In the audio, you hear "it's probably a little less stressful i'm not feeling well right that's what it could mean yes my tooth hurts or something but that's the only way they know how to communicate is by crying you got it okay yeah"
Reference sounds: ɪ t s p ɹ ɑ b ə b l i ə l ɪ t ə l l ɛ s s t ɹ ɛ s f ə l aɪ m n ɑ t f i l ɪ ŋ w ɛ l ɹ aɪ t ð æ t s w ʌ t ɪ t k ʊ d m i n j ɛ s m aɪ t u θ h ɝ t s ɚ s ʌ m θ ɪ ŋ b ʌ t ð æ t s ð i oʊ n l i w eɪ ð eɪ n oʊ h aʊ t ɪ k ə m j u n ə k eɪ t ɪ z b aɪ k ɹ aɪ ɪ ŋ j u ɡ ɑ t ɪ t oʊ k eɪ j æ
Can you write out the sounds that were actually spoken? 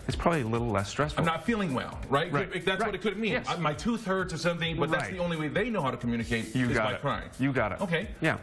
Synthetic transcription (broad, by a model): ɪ t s p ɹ ɑ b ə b l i ə l ɪ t l l ɛ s s t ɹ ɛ s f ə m n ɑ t f i l ɪ ŋ w ɛ l ɹ aɪ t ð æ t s w ʌ t ɪ t k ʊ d m i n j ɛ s m aɪ t u θ ɝ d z ɚ s ʌ m θ ɪ ŋ b ʌ t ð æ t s ð i oʊ n l i w eɪ ð eɪ n oʊ h aʊ t ɪ k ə m j u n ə k eɪ t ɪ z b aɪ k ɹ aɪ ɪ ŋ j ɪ ɡ ɑ t ɪ t oʊ k eɪ j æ